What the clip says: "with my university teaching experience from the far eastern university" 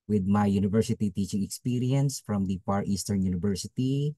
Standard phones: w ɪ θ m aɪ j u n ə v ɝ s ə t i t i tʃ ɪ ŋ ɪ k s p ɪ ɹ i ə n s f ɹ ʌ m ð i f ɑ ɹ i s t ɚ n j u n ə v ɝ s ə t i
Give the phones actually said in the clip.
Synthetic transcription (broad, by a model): w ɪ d m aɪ j u n ə v ɝ s ə t i t i tʃ ɪ ŋ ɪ k s p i ɹ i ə n s f ɹ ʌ m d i p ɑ ɹ i s t ɚ n j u n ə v ɝ s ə t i